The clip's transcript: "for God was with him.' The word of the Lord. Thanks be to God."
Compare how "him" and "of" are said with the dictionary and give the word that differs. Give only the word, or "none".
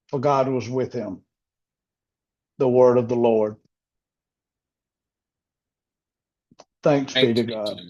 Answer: none